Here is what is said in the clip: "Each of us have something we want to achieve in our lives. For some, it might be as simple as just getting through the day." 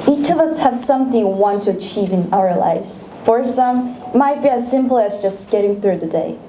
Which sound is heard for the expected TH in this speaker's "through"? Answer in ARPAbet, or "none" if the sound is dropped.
TH